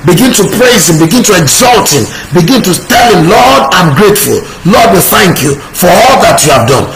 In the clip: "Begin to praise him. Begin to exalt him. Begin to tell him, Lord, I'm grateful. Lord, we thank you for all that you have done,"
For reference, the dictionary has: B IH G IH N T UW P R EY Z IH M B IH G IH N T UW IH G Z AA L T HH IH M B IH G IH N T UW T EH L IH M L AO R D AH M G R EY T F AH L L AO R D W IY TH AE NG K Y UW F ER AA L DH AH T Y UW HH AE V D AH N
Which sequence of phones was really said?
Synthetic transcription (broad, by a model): B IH G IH N T UW P R EY Z IH M B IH G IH N T UW IH G Z AA L T HH IH M B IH G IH N T UW T EH L IH M L AO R D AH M G R EY T F AH L L AO D W IY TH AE NG K Y UW F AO AA L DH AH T Y UW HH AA V D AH N